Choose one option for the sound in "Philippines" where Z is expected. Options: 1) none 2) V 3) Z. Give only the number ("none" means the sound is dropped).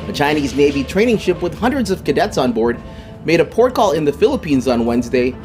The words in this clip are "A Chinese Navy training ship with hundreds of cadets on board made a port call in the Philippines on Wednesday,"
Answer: 3